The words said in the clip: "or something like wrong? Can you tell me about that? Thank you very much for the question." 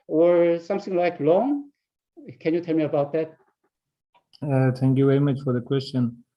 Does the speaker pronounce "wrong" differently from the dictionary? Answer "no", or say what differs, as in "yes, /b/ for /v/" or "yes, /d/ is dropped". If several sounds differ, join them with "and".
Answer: yes, /l/ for /ɹ/